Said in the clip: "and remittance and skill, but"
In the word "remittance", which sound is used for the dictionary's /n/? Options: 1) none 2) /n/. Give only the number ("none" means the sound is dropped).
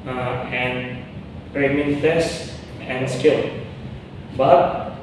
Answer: 1